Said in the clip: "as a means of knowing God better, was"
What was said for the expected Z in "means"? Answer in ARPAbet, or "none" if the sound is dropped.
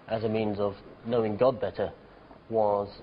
Z